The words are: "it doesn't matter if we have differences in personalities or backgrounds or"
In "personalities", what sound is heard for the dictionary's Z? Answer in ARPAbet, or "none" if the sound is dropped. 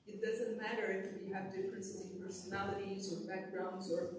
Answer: Z